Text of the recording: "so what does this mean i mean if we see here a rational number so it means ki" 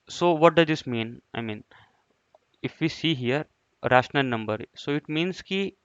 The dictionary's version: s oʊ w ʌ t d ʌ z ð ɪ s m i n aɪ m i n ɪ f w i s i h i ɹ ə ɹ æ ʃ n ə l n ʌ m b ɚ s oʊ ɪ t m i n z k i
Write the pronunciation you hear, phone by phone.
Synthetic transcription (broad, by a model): s oʊ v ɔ t d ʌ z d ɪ s m i n aɪ m i n ɪ f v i s i h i ɹ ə ɹ æ ʃ n ə l n ʌ m b ɚ s oʊ ɪ t m i n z k i